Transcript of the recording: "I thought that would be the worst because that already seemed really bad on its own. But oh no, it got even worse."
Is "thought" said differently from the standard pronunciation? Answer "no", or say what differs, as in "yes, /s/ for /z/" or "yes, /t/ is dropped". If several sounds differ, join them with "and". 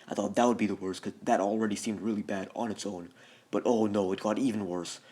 no